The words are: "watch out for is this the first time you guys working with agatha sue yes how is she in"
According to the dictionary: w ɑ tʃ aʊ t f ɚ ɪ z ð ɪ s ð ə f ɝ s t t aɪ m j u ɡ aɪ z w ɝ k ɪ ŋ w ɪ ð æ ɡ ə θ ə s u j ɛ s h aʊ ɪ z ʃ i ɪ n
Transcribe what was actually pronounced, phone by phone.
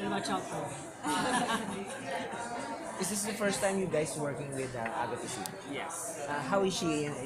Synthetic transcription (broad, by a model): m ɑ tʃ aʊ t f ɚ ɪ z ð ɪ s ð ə f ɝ s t t aɪ m j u ɡ aɪ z w ɝ k ɪ ŋ w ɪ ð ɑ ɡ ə t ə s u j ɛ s h aʊ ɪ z ʃ i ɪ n